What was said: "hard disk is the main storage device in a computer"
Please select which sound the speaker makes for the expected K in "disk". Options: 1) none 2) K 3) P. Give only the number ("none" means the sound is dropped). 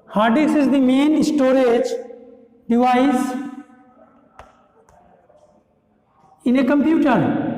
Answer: 1